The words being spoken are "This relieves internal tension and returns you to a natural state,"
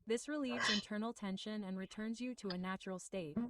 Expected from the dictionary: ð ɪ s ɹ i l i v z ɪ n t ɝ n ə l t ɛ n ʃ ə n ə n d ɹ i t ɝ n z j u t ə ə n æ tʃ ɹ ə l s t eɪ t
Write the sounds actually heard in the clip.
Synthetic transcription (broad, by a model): ð ɪ s ɹ i l i v z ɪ n t ɝ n l t ɛ n ʃ ə n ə n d ɹ i t ɝ n z j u t ə ə n æ tʃ ɹ l s t eɪ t